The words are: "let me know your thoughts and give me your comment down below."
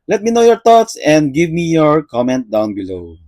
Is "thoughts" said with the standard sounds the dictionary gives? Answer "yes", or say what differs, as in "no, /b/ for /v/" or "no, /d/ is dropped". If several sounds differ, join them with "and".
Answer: no, /t/ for /θ/